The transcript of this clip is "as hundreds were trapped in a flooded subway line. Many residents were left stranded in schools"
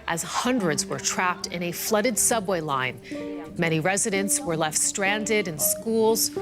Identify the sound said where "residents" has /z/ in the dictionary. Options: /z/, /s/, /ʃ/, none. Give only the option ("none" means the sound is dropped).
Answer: /z/